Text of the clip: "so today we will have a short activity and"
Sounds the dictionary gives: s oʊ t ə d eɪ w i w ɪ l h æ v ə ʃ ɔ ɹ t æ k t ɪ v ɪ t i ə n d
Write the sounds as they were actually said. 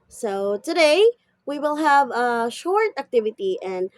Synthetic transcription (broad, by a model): s oʊ t ə d eɪ w i w ɪ l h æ v ə ʃ ɔ ɹ t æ k t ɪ v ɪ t i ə n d